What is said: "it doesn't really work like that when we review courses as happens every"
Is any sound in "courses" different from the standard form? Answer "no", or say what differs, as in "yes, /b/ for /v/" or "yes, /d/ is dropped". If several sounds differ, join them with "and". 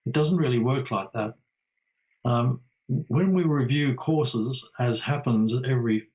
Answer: no